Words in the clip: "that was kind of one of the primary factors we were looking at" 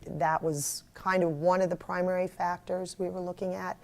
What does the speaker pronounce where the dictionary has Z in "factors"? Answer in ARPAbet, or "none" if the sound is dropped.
Z